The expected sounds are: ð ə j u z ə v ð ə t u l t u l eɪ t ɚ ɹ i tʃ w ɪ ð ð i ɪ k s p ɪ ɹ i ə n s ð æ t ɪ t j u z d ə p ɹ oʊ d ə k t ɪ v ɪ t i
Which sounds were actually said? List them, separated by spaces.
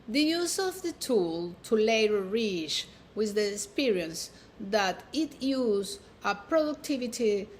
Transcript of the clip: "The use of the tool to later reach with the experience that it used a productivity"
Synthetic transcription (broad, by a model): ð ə j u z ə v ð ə t u l t u l eɪ t ɚ ɹ i tʃ w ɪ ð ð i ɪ k s p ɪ ɹ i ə n s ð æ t ɪ t j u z ə p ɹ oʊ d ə k t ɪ v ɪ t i